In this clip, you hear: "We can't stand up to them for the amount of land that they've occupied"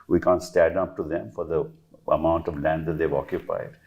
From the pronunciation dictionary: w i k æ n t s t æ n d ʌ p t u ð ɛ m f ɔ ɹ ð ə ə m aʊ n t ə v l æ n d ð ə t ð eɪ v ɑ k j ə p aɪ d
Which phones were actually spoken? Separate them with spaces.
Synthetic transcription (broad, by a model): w i k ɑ n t s t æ d ʌ p t u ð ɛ m f ɔ ɹ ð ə ə m aʊ n t ə v l æ n d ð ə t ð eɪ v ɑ k j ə p aɪ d